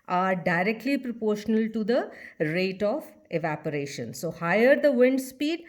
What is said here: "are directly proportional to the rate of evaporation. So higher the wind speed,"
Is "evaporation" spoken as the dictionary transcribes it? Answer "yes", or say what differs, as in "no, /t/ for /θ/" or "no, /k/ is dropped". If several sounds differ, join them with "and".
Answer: yes